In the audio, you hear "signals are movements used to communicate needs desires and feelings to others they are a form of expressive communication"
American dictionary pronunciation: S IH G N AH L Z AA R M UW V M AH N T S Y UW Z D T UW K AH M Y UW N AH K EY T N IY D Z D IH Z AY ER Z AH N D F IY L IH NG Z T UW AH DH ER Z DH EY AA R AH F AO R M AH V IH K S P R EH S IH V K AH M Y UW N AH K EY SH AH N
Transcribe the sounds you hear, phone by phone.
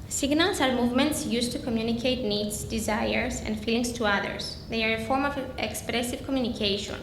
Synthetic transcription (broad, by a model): S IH G N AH L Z AA R M UW V M AH N T S Y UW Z T UW K AH M Y UW N AH K EY T N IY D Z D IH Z AY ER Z AH N D F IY L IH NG S T UW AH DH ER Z DH EY AA R AH F AO R M AH V IH K S P R EH S IH V K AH M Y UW N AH K EY SH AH N